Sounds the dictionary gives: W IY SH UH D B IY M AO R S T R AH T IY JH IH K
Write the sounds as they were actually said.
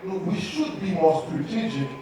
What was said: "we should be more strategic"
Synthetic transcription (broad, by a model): W IY SH UH D B IY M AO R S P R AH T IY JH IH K